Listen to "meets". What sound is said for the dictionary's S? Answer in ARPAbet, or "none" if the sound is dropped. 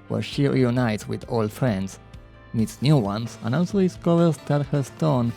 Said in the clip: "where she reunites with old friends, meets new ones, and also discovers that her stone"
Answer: S